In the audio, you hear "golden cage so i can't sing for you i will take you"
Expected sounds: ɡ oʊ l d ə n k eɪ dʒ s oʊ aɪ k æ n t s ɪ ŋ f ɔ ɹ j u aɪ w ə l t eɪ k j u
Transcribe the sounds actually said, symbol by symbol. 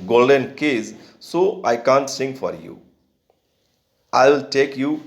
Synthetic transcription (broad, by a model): ɡ oʊ l d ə n k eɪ z s oʊ aɪ k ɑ n t s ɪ ŋ f ɔ ɹ j u aɪ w l t eɪ k j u